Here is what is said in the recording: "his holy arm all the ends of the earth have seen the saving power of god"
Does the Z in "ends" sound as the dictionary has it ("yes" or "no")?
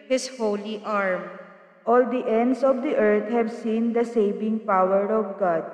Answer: no